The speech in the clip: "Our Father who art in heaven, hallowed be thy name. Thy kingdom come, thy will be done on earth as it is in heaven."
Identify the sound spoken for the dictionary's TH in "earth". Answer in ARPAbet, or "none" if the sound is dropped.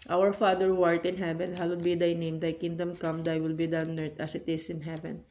T